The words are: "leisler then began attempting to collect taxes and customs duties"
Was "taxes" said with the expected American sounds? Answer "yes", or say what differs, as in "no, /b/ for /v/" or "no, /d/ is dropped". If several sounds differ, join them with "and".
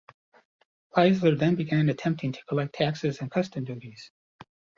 yes